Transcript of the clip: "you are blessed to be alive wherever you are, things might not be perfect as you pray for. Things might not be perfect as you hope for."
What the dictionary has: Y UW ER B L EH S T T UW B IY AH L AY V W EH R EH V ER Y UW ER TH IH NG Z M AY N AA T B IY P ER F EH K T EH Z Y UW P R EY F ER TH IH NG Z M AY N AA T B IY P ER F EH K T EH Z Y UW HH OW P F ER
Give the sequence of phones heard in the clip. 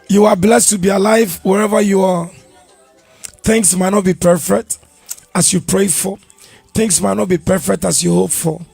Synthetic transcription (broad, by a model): Y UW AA B L EH S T T UW B IY AH L AY V W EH R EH V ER Y UW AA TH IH NG S M AY N AA T B IY P ER F EH K T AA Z Y UW P R EY F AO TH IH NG S M AY N AA T B IY P ER F EH K T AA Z Y UW HH OW P F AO